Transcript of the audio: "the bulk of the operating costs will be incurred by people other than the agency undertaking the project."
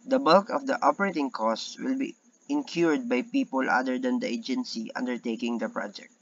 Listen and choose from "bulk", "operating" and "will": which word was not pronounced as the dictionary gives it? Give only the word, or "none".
none